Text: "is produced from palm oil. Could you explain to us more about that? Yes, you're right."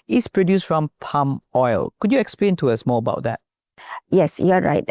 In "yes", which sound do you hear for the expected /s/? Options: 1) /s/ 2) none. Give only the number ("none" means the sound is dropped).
1